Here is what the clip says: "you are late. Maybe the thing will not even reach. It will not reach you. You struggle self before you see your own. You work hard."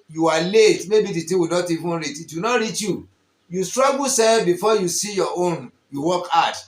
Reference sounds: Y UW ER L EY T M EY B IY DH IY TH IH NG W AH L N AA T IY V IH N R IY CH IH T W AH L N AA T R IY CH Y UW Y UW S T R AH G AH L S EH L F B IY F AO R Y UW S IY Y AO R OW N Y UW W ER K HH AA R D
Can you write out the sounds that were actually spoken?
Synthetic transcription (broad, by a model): Y UW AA L EY T M EY B IY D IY T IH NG W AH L N AA T IY V IH N R IY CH IH T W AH N AA T R IY CH Y UW Y UW S T R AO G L S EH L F B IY F AO Y UW S IY Y AO OW N Y UW W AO K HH AA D